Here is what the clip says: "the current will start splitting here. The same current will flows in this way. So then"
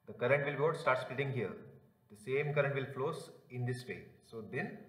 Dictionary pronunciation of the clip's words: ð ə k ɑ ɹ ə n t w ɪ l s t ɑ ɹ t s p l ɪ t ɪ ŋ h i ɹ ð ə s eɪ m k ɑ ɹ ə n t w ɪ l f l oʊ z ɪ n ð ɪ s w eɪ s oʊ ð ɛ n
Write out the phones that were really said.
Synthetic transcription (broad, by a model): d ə k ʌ ɹ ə n t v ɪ l s t ɑ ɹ t s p l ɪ t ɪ ŋ h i ɹ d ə s eɪ m k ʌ ɹ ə n t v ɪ l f l oʊ s ɪ n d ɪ s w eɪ s oʊ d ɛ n